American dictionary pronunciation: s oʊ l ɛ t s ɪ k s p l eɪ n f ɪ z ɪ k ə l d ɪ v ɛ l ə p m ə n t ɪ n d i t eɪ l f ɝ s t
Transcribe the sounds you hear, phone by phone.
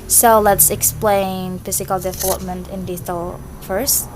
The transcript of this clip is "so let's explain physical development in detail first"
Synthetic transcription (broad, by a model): s oʊ l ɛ t s ɪ k s p l eɪ n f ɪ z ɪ k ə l d ɪ v ɛ l ə p m ə n t ɪ n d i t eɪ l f ɝ s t